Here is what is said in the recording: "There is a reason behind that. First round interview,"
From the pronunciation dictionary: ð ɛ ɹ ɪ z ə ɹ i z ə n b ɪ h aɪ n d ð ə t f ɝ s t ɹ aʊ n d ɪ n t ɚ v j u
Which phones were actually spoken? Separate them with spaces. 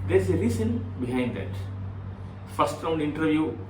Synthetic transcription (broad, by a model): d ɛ ɹ ɪ z ə l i s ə n b ɪ h aɪ n d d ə t f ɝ s t ɹ aʊ n d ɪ n t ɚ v j u